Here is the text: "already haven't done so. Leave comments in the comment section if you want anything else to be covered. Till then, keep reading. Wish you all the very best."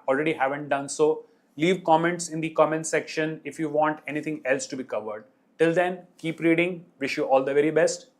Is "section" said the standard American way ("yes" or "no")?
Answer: yes